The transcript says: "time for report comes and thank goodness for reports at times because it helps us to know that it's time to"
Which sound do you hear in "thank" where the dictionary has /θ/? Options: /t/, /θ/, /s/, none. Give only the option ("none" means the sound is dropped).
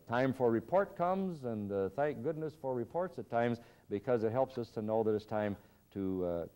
/θ/